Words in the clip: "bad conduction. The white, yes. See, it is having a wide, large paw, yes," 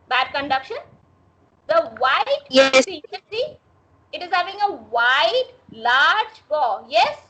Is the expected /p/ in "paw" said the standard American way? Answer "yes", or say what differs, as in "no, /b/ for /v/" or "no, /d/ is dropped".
no, /b/ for /p/